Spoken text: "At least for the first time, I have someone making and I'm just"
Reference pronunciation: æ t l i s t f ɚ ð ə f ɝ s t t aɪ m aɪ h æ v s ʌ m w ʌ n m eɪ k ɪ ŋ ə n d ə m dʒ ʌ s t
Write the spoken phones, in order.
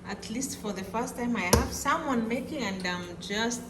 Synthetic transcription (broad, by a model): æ t l i s t f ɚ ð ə f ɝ s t t aɪ m aɪ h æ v s ʌ m w ʌ n m eɪ k ɪ ŋ ə n d ə m dʒ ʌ s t